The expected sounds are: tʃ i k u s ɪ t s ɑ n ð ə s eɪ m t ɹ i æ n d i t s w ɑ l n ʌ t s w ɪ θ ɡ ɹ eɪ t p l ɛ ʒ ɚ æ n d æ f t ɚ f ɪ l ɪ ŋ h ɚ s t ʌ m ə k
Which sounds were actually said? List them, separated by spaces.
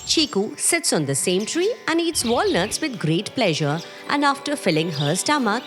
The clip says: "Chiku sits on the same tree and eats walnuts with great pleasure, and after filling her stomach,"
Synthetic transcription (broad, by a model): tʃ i k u s ɪ t s ɑ n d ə s eɪ m t ɹ i æ n d i t s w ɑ l n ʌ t s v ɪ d ɡ ɹ eɪ t p l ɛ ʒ ɚ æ n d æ f t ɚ f ɪ l ɪ ŋ h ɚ s t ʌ m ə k